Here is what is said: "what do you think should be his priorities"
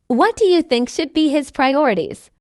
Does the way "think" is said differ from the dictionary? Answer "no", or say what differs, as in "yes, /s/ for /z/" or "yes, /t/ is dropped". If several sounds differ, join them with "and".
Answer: no